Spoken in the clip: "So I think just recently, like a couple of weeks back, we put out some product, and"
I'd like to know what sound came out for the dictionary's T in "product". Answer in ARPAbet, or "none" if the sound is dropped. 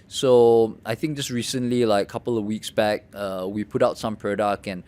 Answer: none